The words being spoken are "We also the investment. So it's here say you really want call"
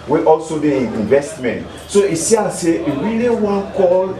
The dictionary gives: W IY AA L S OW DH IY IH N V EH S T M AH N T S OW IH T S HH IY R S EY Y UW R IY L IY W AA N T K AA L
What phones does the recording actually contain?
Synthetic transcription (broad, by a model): W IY AA L S OW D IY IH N V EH S T M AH N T S OW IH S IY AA S EY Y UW R IY L IY W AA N K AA L